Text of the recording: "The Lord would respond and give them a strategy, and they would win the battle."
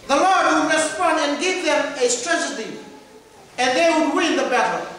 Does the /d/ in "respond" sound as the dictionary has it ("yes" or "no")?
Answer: no